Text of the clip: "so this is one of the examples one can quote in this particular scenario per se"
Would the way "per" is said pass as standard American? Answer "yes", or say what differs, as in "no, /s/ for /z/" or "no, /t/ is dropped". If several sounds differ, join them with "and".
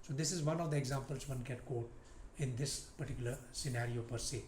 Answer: yes